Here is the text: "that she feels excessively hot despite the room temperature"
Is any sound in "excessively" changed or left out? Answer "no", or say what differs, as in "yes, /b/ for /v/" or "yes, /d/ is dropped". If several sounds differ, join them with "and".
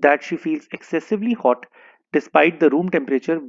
no